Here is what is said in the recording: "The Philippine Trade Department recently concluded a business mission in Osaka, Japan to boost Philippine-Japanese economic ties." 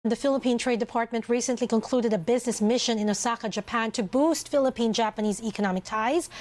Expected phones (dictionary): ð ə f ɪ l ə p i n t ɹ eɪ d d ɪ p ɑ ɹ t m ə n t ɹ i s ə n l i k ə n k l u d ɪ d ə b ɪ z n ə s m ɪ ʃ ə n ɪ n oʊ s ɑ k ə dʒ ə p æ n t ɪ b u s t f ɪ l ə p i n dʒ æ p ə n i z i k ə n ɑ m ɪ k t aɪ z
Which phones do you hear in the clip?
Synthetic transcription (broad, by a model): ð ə f ɪ l ə p i n t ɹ eɪ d d ɪ p ɑ ɹ t m ə n t ɹ i s ə n l i k ə n k l u d ɪ d ə b ɪ z n ə s m ɪ ʃ ə n ɪ n oʊ s ɑ k ə dʒ ə p æ n t ɪ b u s t f ɪ l ə p i n dʒ æ p ə n i z i k ə n ɑ m ɪ k t aɪ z